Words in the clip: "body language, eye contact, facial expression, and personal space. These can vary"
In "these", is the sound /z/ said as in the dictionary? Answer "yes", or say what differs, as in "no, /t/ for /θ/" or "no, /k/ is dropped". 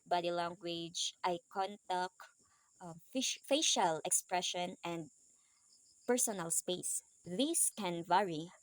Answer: no, /s/ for /z/